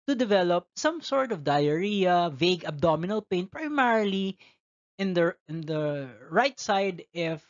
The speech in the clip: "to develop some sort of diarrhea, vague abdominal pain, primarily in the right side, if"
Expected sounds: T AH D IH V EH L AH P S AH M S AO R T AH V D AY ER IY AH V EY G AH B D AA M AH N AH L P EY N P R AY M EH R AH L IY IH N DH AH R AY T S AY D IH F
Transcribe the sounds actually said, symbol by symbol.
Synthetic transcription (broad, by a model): T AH D IH V EH L AH P S AH M S AO R T AH V D AY ER IY AH V EY G AH B D AA M AH N AH L P EY N P R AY M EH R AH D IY IH N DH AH R AY T S AY D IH F